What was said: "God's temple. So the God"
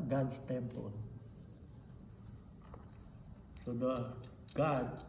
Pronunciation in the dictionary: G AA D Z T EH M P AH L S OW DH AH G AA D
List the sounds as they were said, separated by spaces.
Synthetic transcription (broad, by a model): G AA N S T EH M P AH N S OW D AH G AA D